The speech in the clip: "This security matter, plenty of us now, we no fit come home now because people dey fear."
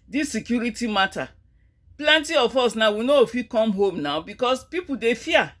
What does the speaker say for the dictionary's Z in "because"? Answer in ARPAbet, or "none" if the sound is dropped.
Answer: S